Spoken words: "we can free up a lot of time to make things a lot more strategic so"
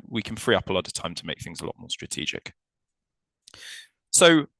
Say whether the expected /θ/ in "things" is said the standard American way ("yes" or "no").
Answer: yes